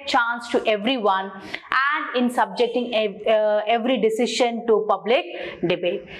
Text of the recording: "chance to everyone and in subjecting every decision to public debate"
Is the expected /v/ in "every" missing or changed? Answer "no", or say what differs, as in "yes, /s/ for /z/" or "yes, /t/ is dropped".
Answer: no